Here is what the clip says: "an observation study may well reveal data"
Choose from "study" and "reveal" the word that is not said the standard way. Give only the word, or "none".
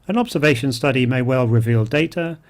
none